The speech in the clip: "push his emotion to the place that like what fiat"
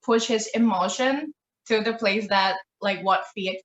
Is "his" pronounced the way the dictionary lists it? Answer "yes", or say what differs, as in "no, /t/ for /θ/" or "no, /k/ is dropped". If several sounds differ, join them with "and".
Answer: yes